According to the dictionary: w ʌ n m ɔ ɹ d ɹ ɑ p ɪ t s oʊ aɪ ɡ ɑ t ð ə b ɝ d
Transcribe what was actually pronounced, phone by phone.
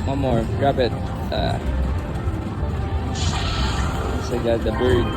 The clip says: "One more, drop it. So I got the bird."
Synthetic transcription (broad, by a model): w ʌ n m ɔ ɹ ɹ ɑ b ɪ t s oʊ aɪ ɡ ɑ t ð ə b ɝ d